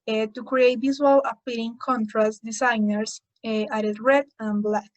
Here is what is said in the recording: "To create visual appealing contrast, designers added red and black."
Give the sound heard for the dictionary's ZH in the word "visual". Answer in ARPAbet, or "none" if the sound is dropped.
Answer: Z